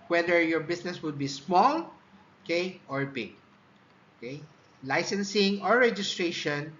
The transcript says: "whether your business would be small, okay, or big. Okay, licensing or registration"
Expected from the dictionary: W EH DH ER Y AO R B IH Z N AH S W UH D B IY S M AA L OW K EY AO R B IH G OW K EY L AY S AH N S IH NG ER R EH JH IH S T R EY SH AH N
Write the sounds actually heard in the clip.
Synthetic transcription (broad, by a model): W EH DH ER Y AO R B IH S N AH S W UH D B IY S M AA L OW K EY AO R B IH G OW K EY L AY S AH N S IH NG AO R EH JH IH S T R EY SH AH N